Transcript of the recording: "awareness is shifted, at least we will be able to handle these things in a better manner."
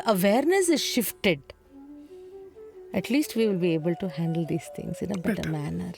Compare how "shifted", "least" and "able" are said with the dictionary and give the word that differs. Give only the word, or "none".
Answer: none